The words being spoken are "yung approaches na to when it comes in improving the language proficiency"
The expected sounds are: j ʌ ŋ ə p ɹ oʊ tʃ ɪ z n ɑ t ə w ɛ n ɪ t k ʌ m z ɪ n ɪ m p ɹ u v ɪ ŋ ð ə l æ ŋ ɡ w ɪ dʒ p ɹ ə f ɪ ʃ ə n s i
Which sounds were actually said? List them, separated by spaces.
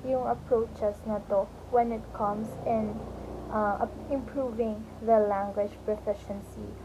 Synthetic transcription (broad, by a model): j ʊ ŋ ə p ɹ oʊ tʃ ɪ s n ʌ t ə w ɛ n ɪ t k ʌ m s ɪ n ɪ m p ɹ u v ɪ ŋ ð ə l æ ŋ ɡ w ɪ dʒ p ɹ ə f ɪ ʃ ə n s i